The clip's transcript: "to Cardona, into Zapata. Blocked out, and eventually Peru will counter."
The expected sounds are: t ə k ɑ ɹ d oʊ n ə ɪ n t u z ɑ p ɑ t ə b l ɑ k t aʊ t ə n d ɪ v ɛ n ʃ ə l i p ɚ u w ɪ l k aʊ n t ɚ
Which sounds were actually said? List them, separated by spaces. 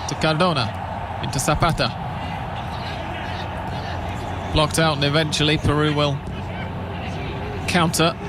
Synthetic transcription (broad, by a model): t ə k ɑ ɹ d oʊ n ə ɪ n t u s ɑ p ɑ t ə b l ɑ k t aʊ t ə n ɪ v ɛ n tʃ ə l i p ɚ u w ɪ l k aʊ n t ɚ